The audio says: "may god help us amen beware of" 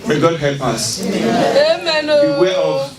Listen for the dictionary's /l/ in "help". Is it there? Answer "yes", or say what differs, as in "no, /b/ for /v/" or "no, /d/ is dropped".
yes